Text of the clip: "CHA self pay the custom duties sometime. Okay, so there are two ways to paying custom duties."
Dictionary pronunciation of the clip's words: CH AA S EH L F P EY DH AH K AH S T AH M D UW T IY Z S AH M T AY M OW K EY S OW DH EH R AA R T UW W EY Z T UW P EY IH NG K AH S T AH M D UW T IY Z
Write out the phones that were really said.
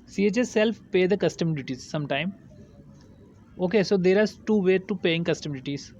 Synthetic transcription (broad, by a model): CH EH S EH L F P EY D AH K AH S T AH M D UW T IY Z S AH M T AY M OW K EY S OW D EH R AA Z T UW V EY T UW P EY IH NG K AH S T AH M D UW T IY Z